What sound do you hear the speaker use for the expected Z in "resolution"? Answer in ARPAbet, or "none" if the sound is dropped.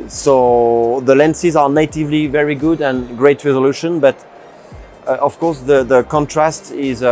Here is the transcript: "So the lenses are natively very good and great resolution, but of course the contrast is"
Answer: Z